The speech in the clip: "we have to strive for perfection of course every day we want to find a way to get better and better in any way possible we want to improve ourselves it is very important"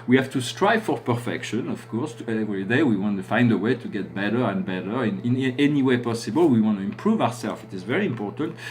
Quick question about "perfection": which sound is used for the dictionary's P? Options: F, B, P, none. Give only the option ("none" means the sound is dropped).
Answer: P